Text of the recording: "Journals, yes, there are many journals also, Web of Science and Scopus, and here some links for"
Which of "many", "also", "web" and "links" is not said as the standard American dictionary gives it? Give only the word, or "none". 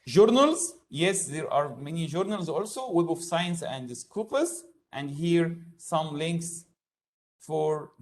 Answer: none